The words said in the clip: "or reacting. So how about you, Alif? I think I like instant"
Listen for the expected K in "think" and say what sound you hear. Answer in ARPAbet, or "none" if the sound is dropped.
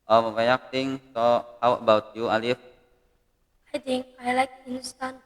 none